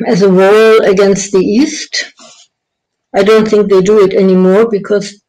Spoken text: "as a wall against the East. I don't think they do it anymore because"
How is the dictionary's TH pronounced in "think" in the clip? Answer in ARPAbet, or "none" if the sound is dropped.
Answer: TH